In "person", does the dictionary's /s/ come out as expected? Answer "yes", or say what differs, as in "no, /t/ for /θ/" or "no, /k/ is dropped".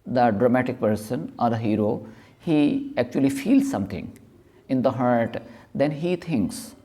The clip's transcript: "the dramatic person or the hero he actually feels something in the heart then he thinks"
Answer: yes